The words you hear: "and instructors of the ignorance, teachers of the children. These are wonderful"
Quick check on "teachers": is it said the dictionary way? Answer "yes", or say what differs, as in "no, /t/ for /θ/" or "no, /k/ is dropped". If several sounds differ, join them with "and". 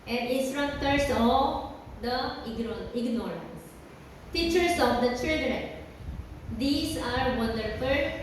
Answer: no, /s/ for /z/